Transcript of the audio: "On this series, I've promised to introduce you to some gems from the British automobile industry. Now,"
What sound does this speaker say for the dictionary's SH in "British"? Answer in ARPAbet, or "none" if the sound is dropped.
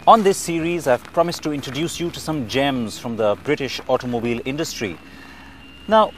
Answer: SH